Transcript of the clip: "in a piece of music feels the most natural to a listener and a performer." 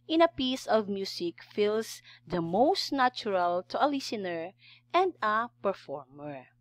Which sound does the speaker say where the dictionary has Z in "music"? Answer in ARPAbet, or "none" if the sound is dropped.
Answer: S